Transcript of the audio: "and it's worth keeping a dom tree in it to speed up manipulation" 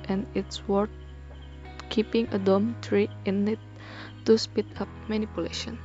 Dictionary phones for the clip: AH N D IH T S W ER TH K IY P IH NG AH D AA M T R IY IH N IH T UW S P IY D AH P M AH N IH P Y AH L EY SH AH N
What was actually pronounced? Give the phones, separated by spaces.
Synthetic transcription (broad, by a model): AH N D IH T S W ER T K IY P IH NG AH D AA M T R IY IH N IH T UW S P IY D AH P M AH N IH P Y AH L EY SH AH N